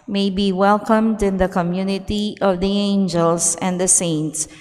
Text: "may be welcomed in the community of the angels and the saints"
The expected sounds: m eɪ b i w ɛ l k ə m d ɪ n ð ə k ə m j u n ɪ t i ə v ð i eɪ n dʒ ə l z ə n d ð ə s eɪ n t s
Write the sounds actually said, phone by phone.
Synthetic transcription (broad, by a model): m eɪ b i w ɛ l k ə m d ɪ n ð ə k ə m j u n ɪ t i ə v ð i eɪ n dʒ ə l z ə n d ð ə s eɪ n t s